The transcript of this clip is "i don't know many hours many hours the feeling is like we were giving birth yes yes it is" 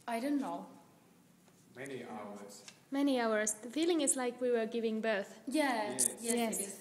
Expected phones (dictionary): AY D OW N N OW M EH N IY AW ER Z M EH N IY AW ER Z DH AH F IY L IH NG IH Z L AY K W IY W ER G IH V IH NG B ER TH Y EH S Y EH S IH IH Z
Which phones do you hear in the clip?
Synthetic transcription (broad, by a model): AY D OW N N OW M EH N IY AW ER Z M EH N IY AW ER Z DH AH F IY L IH NG IH Z L AY K W IY W ER G IH V IH NG B ER TH Y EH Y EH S